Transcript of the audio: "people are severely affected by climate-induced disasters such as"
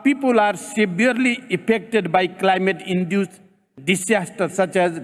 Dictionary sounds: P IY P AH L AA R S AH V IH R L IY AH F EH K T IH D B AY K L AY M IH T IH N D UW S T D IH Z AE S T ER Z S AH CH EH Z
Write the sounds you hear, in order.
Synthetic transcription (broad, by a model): P IY P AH L AA R S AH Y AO R L IY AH P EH K T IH D B AY K L AY M IH T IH N D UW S D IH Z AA S T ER S AH CH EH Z